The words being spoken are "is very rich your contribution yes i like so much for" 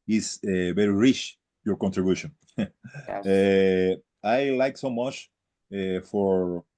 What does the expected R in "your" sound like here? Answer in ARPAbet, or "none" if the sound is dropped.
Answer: R